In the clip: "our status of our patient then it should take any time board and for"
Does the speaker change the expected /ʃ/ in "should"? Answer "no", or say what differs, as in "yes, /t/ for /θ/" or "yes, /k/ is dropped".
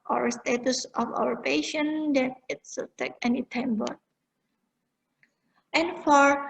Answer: yes, /s/ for /ʃ/